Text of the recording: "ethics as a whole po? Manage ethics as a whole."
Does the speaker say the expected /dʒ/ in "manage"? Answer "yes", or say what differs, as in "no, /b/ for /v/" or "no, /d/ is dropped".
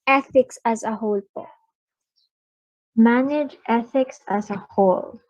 yes